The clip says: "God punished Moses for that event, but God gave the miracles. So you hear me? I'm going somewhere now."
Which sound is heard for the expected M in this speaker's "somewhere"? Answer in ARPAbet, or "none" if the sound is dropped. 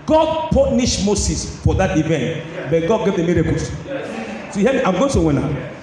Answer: none